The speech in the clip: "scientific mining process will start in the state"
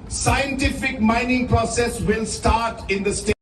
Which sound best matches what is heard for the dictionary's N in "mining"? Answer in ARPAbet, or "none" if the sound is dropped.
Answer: N